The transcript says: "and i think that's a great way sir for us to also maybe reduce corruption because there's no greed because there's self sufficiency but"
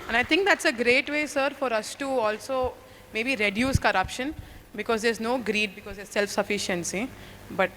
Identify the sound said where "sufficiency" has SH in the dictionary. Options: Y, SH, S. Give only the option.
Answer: SH